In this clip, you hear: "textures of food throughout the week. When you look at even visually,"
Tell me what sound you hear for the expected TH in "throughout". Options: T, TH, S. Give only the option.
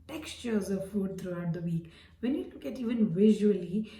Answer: T